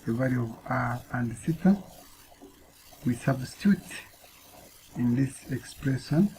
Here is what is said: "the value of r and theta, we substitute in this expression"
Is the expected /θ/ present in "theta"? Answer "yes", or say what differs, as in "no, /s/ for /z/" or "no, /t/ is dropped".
no, /s/ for /θ/